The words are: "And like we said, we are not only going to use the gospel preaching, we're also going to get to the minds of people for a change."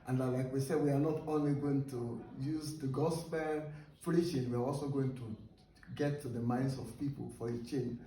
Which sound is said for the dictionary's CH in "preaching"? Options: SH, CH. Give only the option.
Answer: SH